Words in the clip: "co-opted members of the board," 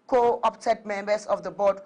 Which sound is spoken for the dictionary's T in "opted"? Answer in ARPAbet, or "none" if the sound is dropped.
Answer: S